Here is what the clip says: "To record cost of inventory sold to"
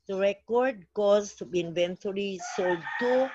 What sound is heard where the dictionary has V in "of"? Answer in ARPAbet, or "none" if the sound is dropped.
B